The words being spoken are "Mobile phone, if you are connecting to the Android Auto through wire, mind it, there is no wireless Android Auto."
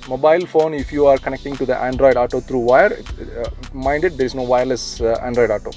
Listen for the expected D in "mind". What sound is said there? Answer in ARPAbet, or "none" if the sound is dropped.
D